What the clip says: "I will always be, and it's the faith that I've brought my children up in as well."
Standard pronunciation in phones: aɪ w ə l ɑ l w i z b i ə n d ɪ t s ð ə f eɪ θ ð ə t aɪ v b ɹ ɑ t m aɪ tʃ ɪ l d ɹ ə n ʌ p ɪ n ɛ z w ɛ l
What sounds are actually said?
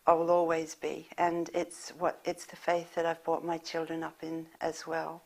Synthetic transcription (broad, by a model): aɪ w ə l ɑ l w i z b i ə n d ɪ t s ð ə f eɪ θ ð ə t aɪ v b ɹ ɑ t m aɪ tʃ ɪ l d ɹ ə n ʌ p ɪ n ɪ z w ɛ l